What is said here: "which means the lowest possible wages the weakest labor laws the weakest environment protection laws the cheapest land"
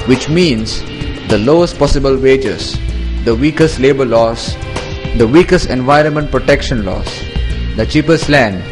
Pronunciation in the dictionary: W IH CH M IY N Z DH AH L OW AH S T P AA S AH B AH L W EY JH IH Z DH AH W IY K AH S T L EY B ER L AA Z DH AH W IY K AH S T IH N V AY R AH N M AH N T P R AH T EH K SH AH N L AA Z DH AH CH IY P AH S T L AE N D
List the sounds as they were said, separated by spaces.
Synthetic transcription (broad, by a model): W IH CH M IY N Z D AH L OW AH S T P AA S AH B AH L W EY JH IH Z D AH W IY K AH S T L EY B ER L AA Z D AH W IY K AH S T IH N V AY R AH N M AH N T P R AH T EH K SH AH N L AA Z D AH CH IY P AH S T L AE N D